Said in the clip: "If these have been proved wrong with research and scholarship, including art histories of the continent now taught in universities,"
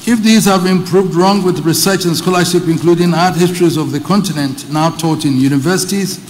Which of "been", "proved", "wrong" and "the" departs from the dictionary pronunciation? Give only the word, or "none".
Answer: none